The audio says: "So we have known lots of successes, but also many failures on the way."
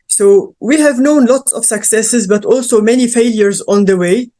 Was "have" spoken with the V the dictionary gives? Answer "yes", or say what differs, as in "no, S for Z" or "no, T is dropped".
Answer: yes